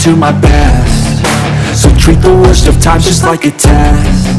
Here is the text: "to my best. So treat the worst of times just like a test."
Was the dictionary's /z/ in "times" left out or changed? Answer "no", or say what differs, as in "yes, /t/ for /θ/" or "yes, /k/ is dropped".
yes, /z/ is dropped